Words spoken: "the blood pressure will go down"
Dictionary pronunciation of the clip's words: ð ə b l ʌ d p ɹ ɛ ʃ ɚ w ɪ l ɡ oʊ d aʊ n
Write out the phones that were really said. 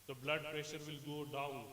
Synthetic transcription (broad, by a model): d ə b l ʌ d p ɹ ɛ ʃ ɚ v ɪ l ɡ oʊ d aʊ n